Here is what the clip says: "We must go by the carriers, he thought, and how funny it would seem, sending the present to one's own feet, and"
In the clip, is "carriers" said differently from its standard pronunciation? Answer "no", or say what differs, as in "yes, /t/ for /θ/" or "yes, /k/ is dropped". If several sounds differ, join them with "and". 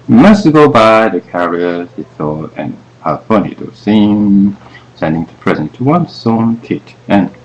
yes, /z/ is dropped